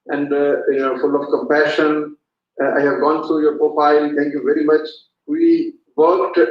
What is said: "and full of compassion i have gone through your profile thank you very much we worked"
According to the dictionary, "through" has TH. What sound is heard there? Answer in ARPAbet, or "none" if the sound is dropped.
T